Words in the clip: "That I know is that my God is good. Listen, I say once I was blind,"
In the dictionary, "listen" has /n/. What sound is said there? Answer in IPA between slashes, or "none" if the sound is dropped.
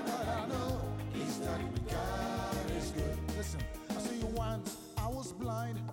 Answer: /n/